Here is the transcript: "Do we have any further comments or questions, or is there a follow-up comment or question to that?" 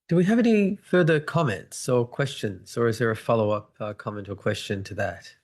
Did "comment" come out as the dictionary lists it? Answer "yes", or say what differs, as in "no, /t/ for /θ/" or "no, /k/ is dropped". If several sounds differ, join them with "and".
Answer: yes